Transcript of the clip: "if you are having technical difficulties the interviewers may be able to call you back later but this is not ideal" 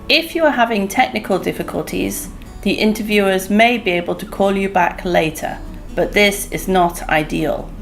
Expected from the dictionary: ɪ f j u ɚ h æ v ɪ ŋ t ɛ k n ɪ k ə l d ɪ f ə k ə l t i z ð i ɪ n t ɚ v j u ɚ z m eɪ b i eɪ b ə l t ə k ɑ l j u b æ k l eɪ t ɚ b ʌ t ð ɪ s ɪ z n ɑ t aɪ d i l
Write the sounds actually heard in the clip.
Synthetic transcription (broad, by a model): ɪ f j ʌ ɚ h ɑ v ɪ ŋ t ɛ k n ɪ k ə l d ɪ f ə k ə l t i z ð i ɪ n t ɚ v j u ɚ z m eɪ b i eɪ b ə l t ə k ɑ l j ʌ b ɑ k l eɪ t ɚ b ʌ t ð ɪ s ɪ z n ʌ t aɪ d i l